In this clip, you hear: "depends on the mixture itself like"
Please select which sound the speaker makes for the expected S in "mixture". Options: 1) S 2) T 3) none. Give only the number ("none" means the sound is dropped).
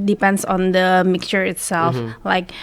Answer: 1